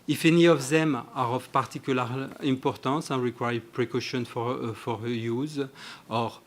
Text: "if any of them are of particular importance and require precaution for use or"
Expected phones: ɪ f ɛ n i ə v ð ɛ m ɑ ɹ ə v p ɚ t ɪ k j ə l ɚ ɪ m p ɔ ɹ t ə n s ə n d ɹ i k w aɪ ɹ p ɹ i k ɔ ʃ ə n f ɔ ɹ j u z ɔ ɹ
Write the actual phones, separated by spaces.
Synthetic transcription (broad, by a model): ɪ f ɛ n i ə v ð ɛ m ɑ ɹ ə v p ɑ t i k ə l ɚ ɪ p ɔ ɹ t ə s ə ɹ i k w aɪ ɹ p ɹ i k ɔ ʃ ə n f ɔ ɹ j u z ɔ ɹ